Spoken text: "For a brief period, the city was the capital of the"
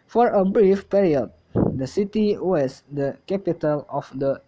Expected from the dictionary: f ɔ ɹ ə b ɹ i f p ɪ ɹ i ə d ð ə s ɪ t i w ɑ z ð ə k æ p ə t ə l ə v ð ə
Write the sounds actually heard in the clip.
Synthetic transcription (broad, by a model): f ɔ ɹ ə b ɹ i f p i ɹ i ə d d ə s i t i w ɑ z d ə k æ p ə t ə l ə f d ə